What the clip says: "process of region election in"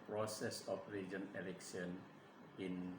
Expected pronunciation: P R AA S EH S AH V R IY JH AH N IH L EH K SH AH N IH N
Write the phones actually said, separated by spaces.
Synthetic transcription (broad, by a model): P R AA S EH S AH F R IY JH AH N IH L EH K S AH N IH N